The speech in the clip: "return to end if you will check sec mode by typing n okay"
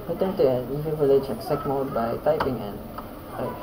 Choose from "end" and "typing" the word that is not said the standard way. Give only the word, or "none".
end